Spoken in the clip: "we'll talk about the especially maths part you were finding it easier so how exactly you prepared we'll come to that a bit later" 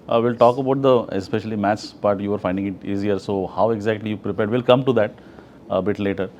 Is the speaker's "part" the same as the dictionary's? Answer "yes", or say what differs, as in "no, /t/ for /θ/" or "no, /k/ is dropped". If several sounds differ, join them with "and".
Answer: no, /b/ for /p/